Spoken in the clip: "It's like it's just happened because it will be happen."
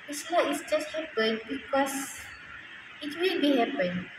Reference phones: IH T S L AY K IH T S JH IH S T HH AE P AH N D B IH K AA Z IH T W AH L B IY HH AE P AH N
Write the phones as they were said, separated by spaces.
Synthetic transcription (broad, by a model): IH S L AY IH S JH IH S T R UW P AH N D B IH K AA S IH T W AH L B IY HH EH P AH N